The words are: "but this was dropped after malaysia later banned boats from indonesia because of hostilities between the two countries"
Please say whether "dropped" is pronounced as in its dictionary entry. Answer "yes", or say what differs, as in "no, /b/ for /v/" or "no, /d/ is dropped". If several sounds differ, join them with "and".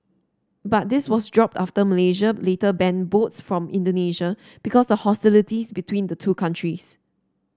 yes